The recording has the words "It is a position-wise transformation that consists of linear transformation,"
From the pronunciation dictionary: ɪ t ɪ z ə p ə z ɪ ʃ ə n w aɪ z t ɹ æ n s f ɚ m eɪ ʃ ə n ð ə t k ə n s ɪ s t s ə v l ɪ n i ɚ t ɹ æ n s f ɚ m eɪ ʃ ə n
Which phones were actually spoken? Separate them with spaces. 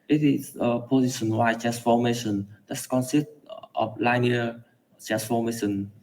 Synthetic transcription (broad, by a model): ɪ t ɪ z ə p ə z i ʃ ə n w aɪ t ɹ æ n s f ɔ m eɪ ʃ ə n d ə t k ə n s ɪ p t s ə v l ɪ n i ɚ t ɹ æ n s f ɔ m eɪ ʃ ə n